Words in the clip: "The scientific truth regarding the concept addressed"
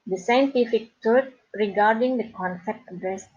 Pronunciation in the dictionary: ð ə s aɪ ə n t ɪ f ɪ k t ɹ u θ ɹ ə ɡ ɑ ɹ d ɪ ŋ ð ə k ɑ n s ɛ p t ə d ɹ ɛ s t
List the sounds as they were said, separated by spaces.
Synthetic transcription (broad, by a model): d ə s aɪ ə n t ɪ f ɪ k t u t ɹ ə ɡ ɑ ɹ d ɪ ŋ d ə k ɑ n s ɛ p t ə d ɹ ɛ s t